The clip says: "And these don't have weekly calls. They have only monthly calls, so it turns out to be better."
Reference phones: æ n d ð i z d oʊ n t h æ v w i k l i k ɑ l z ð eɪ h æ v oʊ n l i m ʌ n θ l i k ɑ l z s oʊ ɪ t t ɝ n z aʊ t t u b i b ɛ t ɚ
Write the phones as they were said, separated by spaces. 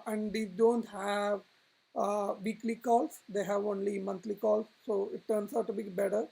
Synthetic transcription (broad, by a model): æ n d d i d oʊ n t h æ v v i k l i k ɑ l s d eɪ h æ v oʊ n l i m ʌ n t l i k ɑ l s oʊ ɪ t t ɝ n s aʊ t t u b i b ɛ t ɚ